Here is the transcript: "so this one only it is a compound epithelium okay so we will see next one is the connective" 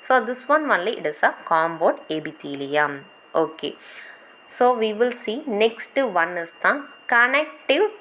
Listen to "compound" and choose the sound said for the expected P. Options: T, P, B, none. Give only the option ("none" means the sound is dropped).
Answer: B